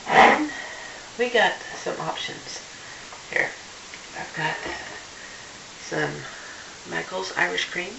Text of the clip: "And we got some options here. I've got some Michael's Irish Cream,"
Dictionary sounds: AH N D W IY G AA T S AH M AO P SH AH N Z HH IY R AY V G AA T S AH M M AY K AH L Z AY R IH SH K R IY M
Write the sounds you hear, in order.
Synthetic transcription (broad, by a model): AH N W IY G AA T S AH M AO P SH AH N Z HH IY R AY V G AA T S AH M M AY K L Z AY R IH SH K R IY M